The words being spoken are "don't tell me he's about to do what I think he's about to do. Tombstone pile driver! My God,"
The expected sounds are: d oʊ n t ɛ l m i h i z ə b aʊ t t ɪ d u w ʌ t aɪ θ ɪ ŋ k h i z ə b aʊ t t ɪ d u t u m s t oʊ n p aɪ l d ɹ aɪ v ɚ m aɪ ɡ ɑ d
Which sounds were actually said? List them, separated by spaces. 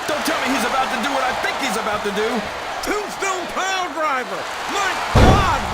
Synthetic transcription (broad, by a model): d oʊ n t ɛ l m i h i z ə b aʊ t t ɪ d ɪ w ʌ t aɪ θ ɪ ŋ k h i z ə b aʊ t t ɪ d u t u s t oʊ l p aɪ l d ɹ aɪ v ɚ m aɪ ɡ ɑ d